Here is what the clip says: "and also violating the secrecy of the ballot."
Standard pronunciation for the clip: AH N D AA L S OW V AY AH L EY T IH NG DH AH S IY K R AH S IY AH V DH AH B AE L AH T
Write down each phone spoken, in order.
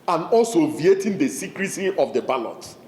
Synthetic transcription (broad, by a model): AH N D AA L S OW V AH EY T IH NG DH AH S IY K R AH S IY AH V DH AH B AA L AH T